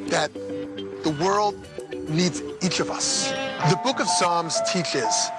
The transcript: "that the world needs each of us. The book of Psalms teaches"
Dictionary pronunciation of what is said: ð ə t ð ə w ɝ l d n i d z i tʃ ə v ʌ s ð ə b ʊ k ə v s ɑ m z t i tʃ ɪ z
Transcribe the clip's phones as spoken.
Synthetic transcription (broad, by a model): ð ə t ð ə w ɝ l d n i d z i tʃ ə v ʌ s ð ə b ʊ k ə v s ɑ m z t i tʃ ɪ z